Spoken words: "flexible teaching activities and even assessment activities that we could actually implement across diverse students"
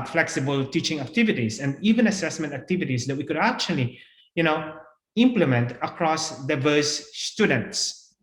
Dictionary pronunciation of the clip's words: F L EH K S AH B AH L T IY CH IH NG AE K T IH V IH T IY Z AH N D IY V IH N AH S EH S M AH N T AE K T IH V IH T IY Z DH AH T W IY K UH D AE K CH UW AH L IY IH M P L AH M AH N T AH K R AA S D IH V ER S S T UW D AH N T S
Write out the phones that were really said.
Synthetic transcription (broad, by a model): F L EH K S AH B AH L T IY CH IH NG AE K T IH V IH T IY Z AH N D IY V IH N AH S EH S M AH N T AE K T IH V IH T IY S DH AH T W IY K UH D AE K CH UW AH L IY IH M P L AH M AH N T AH K R AA S D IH V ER S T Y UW D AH N T S